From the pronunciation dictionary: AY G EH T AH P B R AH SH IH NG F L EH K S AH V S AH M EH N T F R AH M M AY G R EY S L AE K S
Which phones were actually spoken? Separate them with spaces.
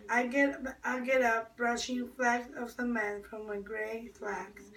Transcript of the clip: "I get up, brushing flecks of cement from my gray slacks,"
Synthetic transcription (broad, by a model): AY G EH T AH P B R AH SH IH NG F L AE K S AH V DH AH M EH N F R AH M M AY G R EY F L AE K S